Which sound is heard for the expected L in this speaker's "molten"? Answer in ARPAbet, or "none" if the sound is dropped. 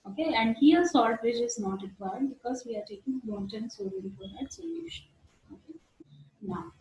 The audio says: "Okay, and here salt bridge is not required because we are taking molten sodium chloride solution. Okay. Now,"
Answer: N